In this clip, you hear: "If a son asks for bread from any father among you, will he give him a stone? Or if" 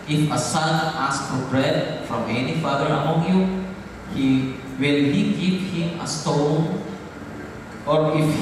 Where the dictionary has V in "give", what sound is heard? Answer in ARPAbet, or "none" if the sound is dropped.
P